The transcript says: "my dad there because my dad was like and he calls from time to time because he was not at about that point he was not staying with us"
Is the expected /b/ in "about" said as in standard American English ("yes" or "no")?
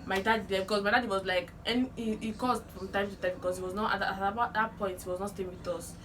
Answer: no